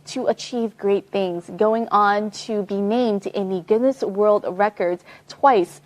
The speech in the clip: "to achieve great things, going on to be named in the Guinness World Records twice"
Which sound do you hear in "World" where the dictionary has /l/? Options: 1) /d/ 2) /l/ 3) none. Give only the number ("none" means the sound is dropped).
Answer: 2